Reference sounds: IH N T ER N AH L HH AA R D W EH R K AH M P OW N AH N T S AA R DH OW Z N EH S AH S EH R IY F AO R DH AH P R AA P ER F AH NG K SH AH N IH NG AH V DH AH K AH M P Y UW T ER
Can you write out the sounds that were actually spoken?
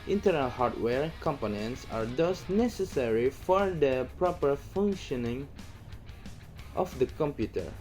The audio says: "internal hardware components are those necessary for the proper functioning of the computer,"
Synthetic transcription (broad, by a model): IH N T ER N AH L HH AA R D W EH R K AH M P OW N AH N T S AA R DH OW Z N EH S AH S EH R IY F AO R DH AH P R AA P ER F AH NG K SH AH N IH NG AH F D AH K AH M P Y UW T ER